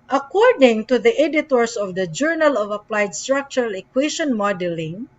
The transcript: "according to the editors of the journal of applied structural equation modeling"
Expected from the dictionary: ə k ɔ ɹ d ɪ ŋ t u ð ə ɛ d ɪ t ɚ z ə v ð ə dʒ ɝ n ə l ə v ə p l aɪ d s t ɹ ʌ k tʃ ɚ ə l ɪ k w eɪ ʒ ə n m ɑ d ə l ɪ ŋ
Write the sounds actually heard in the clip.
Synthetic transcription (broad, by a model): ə k ɔ ɹ d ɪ ŋ t u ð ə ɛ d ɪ t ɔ s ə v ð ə dʒ ɝ n ə l ə v ə p l aɪ d s t ɹ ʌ k tʃ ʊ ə l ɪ k w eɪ ʃ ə n m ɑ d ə l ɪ ŋ